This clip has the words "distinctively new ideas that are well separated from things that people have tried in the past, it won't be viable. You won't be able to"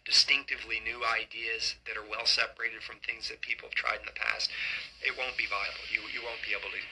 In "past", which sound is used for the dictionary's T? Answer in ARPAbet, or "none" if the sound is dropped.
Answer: T